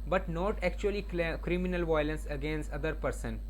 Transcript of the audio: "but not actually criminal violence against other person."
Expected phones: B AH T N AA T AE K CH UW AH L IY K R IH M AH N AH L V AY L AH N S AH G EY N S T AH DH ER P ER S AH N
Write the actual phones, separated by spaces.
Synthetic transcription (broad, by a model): B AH T N AA T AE K CH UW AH L IY K R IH M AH N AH L V AY L AH N S AH G EY N S T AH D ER P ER S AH N